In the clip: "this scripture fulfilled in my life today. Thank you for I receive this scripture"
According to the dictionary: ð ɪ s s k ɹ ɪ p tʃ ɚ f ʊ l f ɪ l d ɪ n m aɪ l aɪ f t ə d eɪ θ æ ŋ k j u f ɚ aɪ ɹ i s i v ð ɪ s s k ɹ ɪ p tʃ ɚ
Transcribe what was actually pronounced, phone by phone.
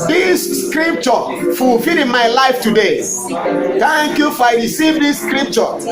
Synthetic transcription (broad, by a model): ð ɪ s s k ɹ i p tʃ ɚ f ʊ l f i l ɪ n m aɪ l aɪ f t ə d eɪ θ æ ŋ k j u f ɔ aɪ ɹ i s i v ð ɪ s s k ɹ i p tʃ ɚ